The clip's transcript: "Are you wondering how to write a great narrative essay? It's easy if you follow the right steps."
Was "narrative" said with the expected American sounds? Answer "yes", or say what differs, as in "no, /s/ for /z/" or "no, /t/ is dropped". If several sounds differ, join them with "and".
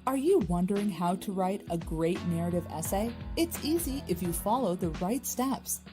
yes